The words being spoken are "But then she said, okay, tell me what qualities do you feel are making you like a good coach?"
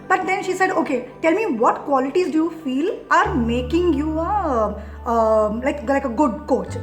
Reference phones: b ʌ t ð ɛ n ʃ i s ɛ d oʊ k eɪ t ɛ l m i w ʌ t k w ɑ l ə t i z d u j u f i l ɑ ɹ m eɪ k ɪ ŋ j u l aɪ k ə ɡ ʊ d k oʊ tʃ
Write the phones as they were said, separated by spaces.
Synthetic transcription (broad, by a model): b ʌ t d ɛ n ʃ i s ɛ d oʊ k eɪ t ɛ l m i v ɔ t k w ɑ l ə t i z d u j u f i l ɑ ɹ m eɪ k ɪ ŋ j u l aɪ k ə ɡ ʊ d k oʊ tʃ